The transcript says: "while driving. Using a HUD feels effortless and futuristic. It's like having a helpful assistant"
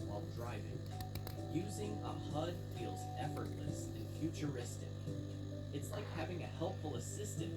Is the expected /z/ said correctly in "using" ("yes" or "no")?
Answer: yes